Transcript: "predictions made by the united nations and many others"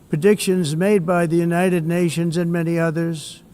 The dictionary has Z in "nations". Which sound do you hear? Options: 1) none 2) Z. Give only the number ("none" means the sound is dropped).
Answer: 2